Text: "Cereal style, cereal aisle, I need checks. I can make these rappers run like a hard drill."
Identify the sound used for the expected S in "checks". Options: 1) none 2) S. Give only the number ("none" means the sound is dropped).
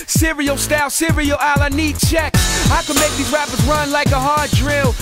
1